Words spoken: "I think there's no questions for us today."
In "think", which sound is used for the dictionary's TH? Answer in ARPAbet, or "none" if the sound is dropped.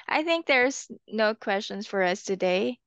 TH